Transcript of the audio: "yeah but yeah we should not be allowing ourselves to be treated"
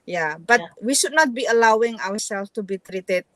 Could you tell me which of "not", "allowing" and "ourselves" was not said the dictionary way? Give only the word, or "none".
ourselves